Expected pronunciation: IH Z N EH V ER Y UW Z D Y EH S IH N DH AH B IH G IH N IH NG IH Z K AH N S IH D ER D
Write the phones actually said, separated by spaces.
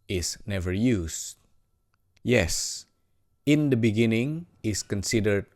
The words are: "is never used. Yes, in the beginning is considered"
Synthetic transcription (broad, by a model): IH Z N EH V ER Y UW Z Y EH S IH N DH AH B IH G IH N IH NG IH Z K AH N S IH D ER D